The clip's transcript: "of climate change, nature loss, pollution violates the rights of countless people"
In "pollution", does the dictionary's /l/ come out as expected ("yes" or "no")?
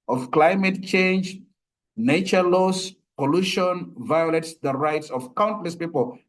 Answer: yes